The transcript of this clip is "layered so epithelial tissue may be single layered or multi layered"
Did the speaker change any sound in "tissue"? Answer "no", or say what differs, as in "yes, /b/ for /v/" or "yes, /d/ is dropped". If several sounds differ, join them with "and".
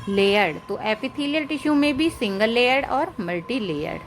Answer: no